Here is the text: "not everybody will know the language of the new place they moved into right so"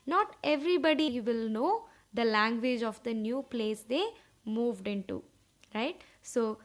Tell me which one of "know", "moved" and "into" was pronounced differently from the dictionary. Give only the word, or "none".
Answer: none